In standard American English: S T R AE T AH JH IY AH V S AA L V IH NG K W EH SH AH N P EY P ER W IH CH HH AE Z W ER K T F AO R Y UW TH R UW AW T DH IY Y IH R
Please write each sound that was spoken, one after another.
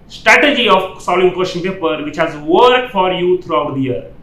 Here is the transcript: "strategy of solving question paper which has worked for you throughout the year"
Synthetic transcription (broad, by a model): S T R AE T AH JH IY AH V S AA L IH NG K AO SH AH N P EY P ER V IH CH HH AE Z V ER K F AO R Y UW T R UW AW T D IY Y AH R